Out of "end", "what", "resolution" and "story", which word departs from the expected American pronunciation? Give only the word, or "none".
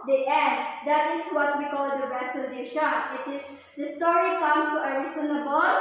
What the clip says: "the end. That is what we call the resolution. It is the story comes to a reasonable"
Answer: resolution